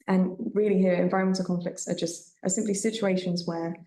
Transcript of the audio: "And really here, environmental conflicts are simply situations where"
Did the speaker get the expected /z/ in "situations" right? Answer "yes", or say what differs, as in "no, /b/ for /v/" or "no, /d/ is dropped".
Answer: yes